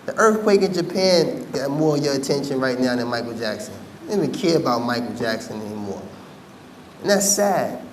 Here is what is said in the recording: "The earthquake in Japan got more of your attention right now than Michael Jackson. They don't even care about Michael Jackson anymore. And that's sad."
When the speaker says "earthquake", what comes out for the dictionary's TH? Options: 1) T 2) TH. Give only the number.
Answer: 2